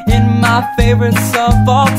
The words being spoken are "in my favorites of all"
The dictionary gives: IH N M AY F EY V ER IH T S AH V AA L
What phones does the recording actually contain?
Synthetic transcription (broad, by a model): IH N M AY F EY V ER IH T S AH F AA